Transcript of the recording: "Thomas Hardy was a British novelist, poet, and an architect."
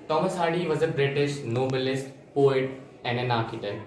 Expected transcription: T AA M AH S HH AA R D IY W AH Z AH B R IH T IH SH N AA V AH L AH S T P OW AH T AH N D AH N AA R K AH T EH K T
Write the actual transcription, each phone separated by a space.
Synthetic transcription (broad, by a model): T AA M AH S HH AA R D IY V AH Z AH B R IH T IH SH N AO B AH L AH S T P OW AH T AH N AH N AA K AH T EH